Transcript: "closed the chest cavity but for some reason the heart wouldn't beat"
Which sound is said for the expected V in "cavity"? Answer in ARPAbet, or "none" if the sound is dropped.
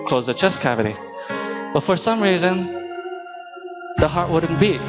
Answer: V